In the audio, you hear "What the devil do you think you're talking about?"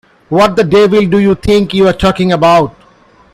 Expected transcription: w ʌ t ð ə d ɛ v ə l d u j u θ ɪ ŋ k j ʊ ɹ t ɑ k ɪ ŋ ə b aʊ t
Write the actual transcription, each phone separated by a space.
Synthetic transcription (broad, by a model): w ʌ t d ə d ɛ v ə l d u j u t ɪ ŋ k j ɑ ɹ t ɑ k ɪ ŋ ə b aʊ t